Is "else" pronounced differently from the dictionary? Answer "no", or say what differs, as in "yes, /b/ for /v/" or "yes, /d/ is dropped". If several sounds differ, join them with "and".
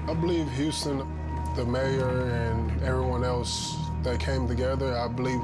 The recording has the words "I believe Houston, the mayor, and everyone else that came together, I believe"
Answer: no